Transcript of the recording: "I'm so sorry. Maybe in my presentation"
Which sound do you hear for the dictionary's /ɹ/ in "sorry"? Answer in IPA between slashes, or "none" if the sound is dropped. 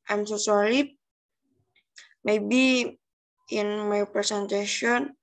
/l/